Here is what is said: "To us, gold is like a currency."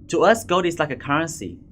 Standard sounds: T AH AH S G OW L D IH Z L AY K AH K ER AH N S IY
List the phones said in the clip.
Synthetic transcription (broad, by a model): T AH AH S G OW D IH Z L AY K AH K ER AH N S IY